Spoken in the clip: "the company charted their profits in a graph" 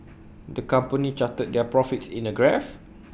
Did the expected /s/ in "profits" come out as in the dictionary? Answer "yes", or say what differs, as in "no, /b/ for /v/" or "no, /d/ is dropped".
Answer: yes